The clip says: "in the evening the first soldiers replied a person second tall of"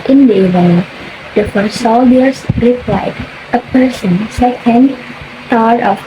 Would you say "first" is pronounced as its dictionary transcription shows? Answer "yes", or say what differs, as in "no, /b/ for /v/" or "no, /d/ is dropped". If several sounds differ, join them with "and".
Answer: no, /s/ is dropped